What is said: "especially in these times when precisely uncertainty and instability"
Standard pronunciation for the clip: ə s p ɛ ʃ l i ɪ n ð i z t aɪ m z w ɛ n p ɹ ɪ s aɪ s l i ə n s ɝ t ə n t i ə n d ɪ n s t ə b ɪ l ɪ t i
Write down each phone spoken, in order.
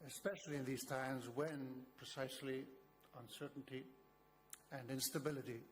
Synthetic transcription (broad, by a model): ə s p ɛ ʃ l i ɪ n ð i z t aɪ m z w ɛ n p ɹ ɪ s aɪ s l i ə n s ɝ t n t i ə n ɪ n s t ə b ɪ l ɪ t i